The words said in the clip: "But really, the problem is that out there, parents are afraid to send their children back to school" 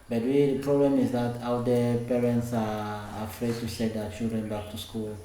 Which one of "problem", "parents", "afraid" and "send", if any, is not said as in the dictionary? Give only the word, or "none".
send